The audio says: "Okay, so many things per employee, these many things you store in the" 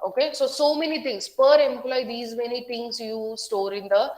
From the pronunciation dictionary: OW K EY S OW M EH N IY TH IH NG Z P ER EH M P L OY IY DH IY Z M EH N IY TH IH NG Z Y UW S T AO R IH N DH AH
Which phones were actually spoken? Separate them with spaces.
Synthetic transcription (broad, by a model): OW K EY S OW M EH N IY T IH NG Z P ER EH M P L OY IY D IY Z M EH N IY T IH NG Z Y UW S T AO R IH N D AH